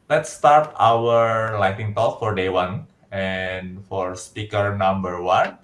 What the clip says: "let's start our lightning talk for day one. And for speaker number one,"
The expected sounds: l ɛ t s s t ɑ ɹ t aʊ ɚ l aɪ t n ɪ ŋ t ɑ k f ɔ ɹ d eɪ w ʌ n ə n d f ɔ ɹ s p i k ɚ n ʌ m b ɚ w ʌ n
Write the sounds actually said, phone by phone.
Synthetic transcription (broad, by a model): l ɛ t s s t ɑ ɹ t aʊ ɚ l aɪ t ɪ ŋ t ɑ k f ɔ ɹ d eɪ w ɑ n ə n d f ɔ ɹ s p i k ɚ n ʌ m b ɚ w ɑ n